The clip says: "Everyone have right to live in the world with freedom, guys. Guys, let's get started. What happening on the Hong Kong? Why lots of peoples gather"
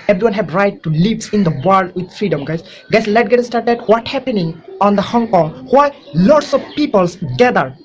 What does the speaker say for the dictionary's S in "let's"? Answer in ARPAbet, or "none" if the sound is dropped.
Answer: none